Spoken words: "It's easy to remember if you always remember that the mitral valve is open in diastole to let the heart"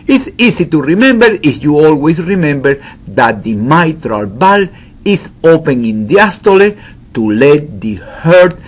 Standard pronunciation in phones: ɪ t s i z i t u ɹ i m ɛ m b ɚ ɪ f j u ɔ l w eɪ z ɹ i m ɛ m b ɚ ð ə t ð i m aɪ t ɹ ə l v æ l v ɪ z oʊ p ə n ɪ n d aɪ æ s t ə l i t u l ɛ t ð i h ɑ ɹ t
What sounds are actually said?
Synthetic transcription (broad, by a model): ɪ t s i s i t u ɹ i m ɛ m b ɚ ɪ f j u ɔ l w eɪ s ɹ i m ɛ m b ɚ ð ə t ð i m aɪ t ɹ ə l b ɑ l ɪ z oʊ p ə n ɪ n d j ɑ s t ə l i t u l ɛ t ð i h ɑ ɹ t